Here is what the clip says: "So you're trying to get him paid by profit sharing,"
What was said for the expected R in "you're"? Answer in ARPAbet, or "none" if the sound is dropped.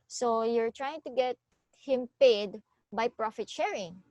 R